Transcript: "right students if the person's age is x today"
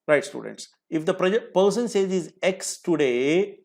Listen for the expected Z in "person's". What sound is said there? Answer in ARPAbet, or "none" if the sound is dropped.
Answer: S